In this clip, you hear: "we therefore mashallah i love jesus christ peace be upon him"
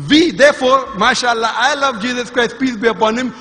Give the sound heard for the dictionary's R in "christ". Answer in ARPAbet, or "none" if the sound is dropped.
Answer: R